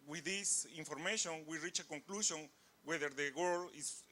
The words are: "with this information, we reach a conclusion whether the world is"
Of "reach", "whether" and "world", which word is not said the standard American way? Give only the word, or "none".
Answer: world